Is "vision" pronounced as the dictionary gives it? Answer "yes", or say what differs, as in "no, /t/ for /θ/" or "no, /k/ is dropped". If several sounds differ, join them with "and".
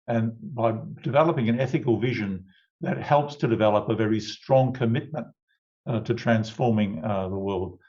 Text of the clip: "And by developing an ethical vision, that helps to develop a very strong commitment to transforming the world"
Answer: yes